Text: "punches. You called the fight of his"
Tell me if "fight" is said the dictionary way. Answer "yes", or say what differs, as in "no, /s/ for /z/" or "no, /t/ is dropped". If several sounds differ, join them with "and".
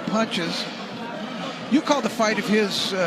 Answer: yes